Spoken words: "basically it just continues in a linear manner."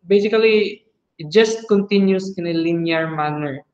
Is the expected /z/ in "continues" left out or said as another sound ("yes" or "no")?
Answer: yes